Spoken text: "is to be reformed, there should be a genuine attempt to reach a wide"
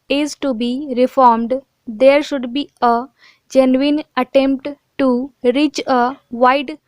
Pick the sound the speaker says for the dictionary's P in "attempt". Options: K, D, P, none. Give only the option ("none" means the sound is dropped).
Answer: P